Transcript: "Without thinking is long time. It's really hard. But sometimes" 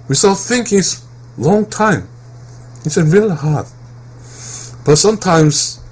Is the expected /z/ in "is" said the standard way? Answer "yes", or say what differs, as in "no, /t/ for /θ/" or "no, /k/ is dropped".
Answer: no, /s/ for /z/